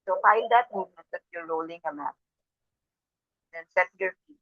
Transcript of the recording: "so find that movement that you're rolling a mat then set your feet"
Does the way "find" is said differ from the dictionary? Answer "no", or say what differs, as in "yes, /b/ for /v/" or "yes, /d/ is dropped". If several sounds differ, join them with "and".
yes, /l/ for /n/